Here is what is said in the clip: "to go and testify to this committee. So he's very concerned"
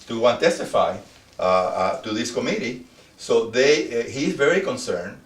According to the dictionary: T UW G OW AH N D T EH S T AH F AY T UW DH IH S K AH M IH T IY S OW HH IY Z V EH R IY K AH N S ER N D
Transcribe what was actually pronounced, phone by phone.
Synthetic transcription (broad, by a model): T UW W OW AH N T EH S T AH F AY T UW DH IH S K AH M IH T IY S OW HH IY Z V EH R IY K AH N S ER N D